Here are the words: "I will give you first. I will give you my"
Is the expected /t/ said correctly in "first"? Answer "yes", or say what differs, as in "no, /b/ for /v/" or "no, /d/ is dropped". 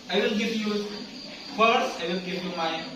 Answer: no, /t/ is dropped